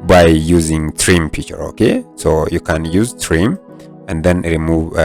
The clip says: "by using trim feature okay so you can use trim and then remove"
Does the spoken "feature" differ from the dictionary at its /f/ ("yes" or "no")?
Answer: yes